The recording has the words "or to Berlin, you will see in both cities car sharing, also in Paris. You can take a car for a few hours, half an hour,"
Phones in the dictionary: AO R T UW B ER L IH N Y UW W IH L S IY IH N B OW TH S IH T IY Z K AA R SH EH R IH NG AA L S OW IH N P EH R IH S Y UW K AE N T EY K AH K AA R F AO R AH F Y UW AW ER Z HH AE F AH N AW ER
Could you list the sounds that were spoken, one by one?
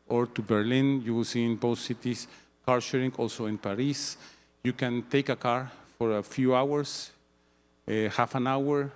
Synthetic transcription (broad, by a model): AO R T UW B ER L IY N Y UW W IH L S IY IH N B OW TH S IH T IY S K AA R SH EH R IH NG AA L S OW IH N P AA R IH S Y UW K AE N T EY K AH K AA R F AO R AH F Y UW AW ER S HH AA F AH N AW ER